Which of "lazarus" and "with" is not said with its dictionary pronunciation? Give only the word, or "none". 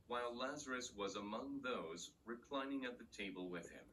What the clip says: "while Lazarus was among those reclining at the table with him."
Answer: none